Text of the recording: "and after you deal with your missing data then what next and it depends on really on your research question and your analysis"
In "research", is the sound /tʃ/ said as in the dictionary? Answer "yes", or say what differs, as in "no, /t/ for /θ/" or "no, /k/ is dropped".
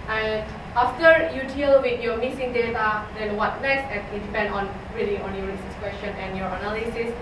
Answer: no, /s/ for /tʃ/